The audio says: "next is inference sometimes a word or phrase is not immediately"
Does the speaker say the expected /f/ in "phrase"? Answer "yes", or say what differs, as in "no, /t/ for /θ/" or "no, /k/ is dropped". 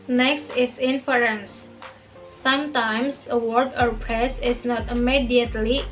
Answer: no, /p/ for /f/